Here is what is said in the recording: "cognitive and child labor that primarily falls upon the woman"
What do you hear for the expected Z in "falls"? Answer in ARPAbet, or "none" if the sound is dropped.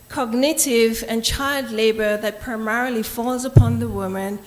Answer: Z